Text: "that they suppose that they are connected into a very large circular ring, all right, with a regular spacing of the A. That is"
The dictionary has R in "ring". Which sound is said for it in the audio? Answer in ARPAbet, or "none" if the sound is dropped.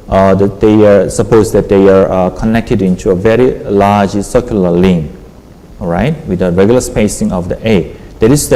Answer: L